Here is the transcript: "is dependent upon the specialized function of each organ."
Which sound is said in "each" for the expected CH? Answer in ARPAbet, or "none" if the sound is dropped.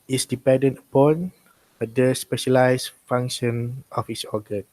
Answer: S